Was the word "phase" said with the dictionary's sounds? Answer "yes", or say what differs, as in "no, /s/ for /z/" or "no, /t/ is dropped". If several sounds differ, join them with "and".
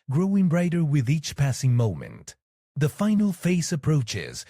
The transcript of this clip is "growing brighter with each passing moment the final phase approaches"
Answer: no, /s/ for /z/